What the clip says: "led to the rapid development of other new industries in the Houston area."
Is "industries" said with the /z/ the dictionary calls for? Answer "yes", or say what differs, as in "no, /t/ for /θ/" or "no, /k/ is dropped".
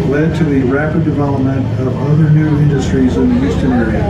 yes